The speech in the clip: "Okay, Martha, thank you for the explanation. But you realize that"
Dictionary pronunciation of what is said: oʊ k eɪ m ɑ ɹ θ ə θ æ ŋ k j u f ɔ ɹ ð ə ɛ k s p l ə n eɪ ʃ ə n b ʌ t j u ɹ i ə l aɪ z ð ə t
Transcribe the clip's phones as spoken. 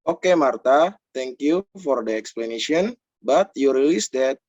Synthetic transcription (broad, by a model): oʊ k eɪ m ɑ ɹ t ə t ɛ ŋ k j u f ɔ ɹ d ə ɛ k s p l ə n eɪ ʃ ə n b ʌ t j u ɹ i l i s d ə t